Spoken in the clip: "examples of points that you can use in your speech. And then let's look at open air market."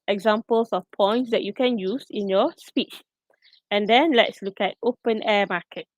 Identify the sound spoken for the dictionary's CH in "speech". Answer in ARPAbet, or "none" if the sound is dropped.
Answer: CH